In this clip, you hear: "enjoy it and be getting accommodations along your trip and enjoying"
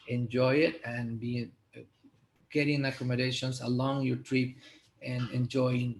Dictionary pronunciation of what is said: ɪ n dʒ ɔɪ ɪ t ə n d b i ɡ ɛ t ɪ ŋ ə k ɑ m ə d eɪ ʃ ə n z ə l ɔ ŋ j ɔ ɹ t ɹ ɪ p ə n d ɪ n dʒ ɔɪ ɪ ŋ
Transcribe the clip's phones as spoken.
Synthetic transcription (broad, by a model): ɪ n dʒ ɔɪ ɪ t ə n b i ɡ ɛ t ɪ ŋ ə k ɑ m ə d eɪ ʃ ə n s ə l ɔ ŋ j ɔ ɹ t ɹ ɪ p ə n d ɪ n dʒ ɔɪ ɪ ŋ